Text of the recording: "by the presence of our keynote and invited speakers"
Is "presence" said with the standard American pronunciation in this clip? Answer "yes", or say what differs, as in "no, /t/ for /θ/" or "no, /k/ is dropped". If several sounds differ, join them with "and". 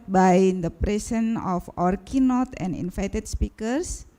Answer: no, /s/ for /z/ and /s/ is dropped